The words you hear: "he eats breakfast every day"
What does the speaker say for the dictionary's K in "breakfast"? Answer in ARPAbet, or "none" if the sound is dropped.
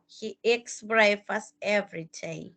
none